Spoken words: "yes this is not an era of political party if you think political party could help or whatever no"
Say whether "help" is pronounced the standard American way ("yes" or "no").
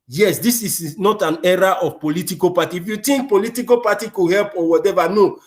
yes